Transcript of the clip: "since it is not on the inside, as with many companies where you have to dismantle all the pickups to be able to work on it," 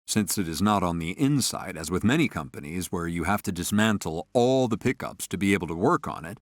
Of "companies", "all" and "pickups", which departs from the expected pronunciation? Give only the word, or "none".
none